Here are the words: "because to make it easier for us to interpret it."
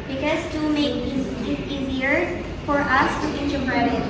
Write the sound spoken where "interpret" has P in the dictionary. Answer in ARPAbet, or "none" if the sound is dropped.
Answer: B